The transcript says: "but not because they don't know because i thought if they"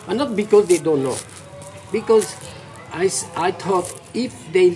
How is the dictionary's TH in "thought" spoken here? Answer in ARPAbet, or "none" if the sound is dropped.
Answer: S